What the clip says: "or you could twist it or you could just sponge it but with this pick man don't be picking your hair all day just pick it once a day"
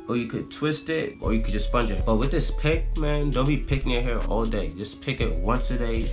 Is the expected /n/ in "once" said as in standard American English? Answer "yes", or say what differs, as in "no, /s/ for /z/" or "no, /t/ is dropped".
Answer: yes